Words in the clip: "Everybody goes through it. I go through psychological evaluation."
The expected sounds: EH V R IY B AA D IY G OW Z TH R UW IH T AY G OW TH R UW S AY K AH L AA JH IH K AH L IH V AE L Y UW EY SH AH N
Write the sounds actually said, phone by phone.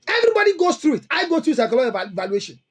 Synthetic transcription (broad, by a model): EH V R IY B AA D IY G OW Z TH R UW IH T AY G OW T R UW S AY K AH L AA IH AH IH V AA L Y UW EY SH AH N